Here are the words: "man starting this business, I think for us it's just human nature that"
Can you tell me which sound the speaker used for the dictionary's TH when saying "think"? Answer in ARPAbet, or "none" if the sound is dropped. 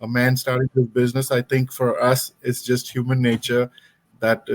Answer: T